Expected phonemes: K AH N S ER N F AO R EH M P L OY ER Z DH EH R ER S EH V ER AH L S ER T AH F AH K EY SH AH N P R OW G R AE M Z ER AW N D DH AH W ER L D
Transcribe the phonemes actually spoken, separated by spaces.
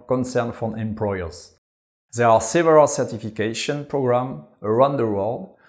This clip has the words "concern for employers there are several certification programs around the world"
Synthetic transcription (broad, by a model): K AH N S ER N F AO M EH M P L OY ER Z DH EH R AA S EH V ER AH L S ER T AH F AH K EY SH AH N P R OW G R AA M ER AW N D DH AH W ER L D